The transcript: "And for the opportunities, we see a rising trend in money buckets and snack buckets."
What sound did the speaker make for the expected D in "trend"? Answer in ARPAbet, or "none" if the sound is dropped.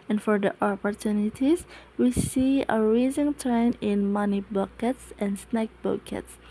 none